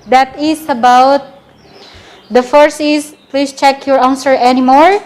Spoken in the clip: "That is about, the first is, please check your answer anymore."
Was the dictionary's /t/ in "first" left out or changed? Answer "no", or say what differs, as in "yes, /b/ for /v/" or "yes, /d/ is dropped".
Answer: yes, /t/ is dropped